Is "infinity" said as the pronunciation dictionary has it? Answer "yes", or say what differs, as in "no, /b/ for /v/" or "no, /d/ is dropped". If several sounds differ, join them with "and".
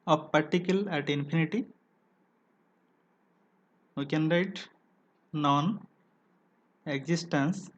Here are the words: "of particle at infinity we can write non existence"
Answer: no, /p/ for /f/